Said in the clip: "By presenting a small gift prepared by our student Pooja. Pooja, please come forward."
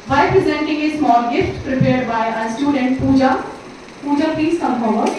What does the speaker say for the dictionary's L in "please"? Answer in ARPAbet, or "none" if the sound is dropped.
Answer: none